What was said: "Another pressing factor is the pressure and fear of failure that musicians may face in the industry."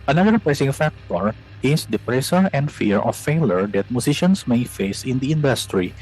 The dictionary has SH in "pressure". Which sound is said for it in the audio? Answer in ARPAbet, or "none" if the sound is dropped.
S